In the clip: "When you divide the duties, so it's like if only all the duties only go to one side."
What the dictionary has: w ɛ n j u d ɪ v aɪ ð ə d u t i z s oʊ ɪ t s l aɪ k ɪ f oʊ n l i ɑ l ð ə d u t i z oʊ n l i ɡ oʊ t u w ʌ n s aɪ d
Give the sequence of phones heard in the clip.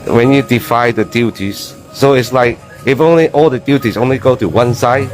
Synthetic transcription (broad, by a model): w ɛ n j u d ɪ f aɪ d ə d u t i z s oʊ ɪ t s l aɪ k ɪ f oʊ n l i ɑ l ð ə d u t i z oʊ n l i ɡ oʊ t u w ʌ n s aɪ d